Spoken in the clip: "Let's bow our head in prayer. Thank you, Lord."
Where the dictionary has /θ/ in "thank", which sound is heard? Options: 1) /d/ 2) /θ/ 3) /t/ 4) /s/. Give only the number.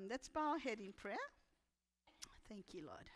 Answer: 2